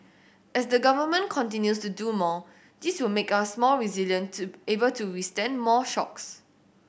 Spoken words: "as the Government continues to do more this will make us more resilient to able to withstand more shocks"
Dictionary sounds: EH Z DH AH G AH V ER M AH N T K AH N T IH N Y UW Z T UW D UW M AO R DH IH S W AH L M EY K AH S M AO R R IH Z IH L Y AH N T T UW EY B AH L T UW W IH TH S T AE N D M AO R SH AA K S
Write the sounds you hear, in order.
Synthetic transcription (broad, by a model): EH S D AH G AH V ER M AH N K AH N T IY N Y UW S T UW D UW M AO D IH S W AH L M EY K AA S M AO L R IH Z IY L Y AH N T T UW EY B AH L T UW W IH S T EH N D M AO SH AA K S